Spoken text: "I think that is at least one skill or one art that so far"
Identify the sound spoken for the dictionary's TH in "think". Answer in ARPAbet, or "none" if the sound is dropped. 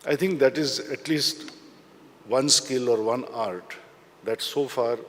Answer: T